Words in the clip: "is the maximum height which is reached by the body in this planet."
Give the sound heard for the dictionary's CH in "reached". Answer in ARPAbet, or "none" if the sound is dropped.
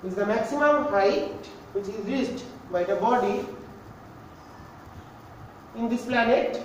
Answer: S